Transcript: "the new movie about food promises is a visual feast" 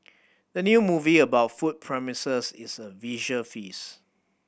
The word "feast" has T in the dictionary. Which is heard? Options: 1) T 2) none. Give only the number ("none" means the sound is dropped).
2